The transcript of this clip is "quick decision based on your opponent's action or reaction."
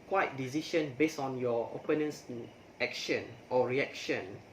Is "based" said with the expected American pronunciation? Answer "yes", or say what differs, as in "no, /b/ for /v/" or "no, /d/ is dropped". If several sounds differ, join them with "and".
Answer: no, /t/ is dropped